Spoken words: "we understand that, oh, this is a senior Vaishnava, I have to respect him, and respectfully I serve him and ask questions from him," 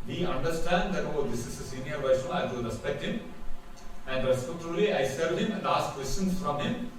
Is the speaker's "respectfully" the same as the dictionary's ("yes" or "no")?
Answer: no